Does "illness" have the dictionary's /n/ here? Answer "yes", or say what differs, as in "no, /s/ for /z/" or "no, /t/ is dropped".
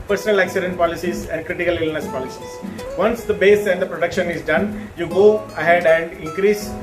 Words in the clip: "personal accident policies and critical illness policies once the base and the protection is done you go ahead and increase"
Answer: yes